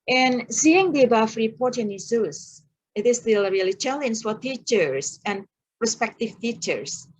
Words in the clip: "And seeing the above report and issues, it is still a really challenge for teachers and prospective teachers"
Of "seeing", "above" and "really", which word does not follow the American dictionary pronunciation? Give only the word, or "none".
above